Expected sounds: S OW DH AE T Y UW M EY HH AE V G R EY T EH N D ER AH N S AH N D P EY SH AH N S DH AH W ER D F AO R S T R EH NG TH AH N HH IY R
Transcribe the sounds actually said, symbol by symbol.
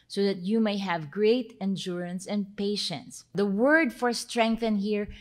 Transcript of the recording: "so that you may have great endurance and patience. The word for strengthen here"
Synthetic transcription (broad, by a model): S OW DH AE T Y UW M EY HH AE V G R EY T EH N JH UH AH N S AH N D P EY SH AH N S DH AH W ER D F AO R S T R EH NG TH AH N HH IY R